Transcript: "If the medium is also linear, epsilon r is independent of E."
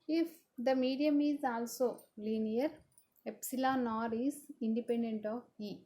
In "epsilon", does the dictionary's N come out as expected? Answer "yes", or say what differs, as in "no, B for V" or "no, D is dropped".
yes